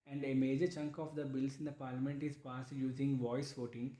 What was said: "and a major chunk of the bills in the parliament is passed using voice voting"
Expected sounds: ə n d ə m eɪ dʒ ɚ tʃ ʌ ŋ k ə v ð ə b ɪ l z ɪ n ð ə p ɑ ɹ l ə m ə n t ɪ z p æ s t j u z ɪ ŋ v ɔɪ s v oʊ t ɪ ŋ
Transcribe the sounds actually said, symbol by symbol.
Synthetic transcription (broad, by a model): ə n d ə m eɪ dʒ ɚ tʃ ʌ ŋ k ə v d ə b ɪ l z ɪ n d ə p ɑ ɹ l ə m ə n t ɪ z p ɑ s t j u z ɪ ŋ v ɔɪ s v oʊ t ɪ ŋ